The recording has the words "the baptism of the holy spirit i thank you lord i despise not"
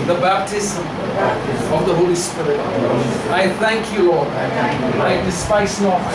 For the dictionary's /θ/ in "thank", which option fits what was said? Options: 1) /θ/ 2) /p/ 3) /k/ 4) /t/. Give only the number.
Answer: 1